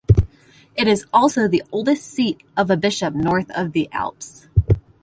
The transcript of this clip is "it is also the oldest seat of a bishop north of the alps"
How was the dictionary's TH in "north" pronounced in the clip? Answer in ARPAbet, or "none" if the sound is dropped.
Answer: TH